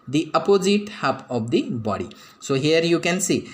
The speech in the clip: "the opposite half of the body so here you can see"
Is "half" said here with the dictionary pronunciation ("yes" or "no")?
no